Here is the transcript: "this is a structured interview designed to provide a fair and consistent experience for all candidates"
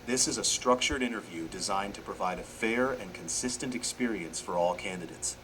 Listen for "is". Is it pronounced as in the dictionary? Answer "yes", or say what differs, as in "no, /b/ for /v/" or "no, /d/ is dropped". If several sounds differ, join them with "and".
yes